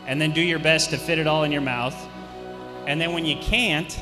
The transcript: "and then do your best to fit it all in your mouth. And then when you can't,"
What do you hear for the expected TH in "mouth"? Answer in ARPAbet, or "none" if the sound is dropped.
TH